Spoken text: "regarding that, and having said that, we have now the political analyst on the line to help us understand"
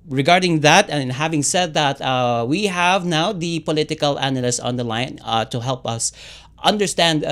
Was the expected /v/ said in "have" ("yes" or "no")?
yes